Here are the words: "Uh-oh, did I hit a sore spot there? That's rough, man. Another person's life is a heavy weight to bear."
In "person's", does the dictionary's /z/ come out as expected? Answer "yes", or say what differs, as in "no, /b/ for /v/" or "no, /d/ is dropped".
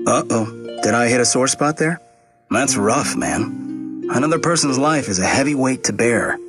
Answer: yes